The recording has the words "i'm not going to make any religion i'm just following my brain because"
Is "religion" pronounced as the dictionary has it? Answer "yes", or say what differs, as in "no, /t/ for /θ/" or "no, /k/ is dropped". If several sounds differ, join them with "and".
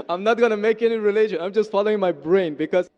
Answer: no, /ʃ/ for /dʒ/